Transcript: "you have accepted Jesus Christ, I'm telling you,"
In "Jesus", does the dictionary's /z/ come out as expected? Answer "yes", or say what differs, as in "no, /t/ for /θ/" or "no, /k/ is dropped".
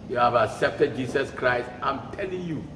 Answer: no, /s/ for /z/